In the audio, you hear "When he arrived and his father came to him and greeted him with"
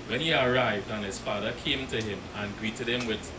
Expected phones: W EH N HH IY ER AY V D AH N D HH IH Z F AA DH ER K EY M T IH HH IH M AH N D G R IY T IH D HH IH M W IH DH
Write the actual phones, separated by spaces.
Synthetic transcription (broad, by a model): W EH N HH IY ER AY V D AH N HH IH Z F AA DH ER K EY M T IH HH IH M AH N G R IY T IH D HH IH M W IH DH